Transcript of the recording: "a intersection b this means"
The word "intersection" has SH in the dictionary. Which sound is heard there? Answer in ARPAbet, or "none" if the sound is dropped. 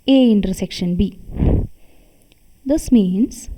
SH